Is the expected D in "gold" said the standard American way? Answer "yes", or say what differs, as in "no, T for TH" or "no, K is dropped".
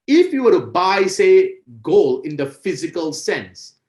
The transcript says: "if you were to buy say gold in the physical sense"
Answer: no, D is dropped